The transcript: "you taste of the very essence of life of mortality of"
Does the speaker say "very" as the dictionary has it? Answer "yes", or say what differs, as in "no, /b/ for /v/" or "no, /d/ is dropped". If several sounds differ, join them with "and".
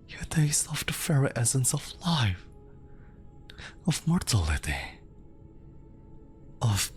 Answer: no, /f/ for /v/